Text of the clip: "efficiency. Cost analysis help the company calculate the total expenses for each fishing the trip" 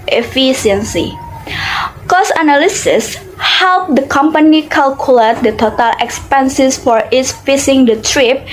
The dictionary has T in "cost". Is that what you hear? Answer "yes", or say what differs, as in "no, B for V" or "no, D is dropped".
no, T is dropped